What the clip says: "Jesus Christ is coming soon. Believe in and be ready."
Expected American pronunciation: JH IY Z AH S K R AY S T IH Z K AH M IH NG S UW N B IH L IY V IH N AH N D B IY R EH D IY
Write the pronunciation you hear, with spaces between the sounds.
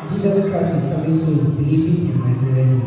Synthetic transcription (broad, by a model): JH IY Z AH S K R AY S T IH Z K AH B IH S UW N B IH L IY F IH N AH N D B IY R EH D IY